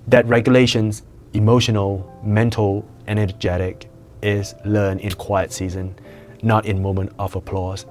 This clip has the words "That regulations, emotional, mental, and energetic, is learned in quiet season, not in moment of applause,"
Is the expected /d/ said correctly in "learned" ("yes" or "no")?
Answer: no